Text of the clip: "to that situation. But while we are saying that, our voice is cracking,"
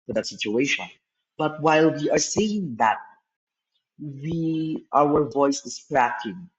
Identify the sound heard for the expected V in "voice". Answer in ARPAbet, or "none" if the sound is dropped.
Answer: V